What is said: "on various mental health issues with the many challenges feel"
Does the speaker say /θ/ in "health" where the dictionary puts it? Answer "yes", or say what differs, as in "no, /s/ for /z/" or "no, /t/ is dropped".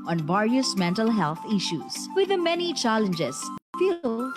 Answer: no, /t/ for /θ/